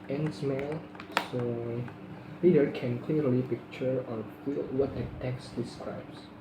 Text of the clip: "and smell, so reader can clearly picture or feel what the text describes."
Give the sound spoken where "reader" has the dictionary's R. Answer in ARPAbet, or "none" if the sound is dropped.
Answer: L